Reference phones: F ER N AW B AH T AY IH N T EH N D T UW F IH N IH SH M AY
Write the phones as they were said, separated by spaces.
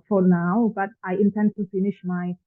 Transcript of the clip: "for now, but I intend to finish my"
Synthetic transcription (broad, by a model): F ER N AW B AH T AY IH N T EH N D T UW F IH N IH SH M AY